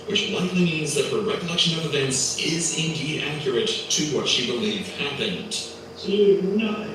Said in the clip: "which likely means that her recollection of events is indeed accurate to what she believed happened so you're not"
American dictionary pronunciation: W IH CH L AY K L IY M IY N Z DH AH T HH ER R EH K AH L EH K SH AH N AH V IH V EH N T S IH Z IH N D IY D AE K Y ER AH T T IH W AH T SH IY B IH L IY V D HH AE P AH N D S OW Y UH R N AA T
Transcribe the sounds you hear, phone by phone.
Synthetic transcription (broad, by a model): W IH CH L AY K L IY M IY N Z DH AH T HH ER R EH K AH L EH K SH AH N AH V IH V EH N T S IH Z IH N D IY D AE K Y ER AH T T IH W AH T SH IY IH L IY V HH AE P AH N D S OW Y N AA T